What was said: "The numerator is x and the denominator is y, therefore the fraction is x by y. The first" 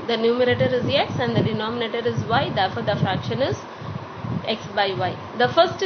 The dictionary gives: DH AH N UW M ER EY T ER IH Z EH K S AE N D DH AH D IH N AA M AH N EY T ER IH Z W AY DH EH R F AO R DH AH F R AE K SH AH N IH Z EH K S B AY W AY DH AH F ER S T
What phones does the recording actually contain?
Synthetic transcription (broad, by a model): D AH N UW M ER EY T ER IH Z EH K S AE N D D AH D IH N AA M AH N EY T ER IH Z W AY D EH R F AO R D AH F R AE K SH AH N IH Z EH K S B AY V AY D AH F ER S T